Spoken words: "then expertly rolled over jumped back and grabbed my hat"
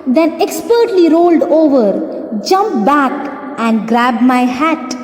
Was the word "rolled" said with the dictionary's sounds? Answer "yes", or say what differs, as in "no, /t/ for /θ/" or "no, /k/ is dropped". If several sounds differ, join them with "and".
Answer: yes